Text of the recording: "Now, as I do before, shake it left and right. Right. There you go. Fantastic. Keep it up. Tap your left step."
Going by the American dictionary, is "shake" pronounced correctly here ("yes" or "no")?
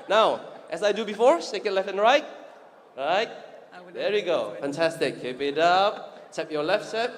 no